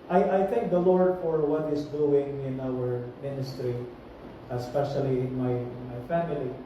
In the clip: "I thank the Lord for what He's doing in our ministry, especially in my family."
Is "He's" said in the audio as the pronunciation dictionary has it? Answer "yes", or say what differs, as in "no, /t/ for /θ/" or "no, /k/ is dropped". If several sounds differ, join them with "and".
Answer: no, /s/ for /z/